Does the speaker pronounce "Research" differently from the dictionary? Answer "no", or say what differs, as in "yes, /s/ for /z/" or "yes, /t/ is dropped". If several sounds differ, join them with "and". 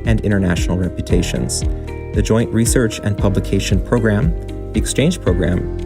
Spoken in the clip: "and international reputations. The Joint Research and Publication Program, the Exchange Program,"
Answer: no